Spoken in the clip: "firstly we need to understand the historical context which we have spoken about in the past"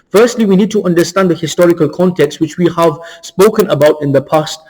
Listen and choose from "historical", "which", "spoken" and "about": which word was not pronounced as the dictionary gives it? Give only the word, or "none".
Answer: none